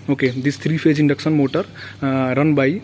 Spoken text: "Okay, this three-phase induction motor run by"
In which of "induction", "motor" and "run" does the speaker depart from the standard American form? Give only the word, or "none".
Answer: induction